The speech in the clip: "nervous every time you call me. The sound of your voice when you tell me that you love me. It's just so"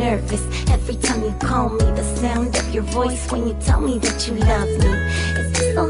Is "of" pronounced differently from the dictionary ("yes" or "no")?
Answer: no